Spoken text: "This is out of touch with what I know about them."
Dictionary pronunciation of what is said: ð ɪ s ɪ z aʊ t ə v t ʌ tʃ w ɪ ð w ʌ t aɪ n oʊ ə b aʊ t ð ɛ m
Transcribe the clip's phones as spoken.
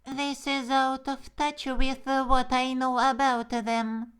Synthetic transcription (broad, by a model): ð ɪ s ɪ z aʊ t ə v t ʌ tʃ w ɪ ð w ʌ t aɪ n oʊ ə b aʊ t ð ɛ m